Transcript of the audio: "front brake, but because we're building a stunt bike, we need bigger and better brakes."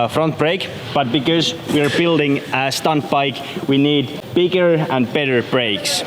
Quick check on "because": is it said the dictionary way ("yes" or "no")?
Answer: yes